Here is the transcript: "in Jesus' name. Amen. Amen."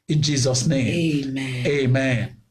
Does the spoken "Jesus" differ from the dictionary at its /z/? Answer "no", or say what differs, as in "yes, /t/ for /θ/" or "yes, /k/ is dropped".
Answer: no